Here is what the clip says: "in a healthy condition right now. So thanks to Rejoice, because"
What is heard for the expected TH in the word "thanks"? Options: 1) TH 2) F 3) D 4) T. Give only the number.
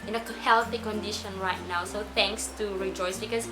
4